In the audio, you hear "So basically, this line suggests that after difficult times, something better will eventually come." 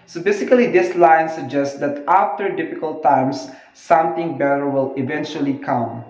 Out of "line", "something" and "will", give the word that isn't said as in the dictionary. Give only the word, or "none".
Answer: something